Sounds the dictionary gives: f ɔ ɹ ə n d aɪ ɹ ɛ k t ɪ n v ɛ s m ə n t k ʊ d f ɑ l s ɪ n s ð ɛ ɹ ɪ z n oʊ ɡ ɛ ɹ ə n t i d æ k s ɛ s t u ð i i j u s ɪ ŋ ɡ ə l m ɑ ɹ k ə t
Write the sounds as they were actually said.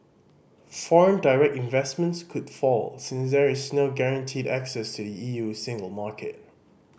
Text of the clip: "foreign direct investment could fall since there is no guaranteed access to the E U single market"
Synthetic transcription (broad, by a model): f ɔ ɹ ə n d aɪ ɹ ɛ k t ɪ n v ɛ s m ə n t k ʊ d f ɑ l s ɪ n s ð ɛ ɹ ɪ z n oʊ ɡ ɛ ɹ ə n t i d æ k s ɛ s t u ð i i j u s ɪ ŋ ɡ ə l m ɑ k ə t